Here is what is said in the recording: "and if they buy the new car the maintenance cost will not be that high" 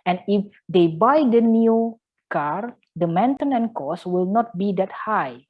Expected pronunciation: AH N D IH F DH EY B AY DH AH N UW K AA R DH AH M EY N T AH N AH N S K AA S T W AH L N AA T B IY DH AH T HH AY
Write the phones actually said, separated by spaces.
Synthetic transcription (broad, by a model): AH N IH F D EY B AY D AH N UW K AA R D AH M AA N T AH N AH N K AA S W AH L N AA T B IY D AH T HH AY